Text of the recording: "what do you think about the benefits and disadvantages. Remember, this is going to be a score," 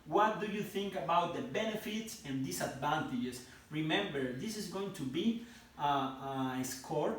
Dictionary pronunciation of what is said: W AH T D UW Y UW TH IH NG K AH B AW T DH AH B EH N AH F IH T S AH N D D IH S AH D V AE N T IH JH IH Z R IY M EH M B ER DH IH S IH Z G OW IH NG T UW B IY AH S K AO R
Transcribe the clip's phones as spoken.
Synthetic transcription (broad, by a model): W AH T D UW Y UW TH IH NG K AH B AW T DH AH B EH N AH F IH T S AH N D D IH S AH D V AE N T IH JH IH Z R IY M EH M B ER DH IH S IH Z G OW IH NG T UW B IY AH S K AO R